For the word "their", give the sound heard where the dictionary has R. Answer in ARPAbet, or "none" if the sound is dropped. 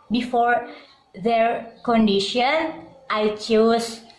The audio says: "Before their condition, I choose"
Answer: R